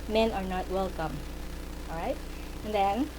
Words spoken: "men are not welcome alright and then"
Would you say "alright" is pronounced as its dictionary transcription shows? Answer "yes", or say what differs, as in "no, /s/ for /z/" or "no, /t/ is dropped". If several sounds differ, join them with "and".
no, /l/ is dropped